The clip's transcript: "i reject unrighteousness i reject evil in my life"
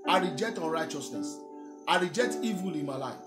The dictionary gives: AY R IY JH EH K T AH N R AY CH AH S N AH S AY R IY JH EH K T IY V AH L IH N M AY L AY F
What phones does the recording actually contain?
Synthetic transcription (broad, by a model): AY R IY JH EH K T AH N R AY CH AH S N AH S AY R IY JH EH K T IY V AH L IH N M AY L AY F